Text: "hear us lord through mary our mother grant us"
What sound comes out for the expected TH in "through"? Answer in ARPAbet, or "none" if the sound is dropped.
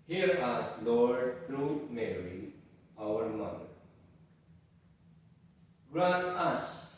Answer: T